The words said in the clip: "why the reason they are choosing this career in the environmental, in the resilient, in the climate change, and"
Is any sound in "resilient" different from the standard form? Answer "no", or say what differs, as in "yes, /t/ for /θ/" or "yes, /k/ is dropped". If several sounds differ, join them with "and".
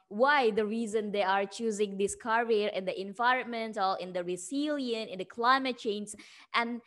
yes, /t/ is dropped